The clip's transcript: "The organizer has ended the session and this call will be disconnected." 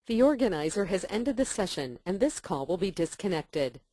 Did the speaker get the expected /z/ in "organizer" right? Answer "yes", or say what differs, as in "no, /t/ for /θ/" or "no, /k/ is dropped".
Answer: yes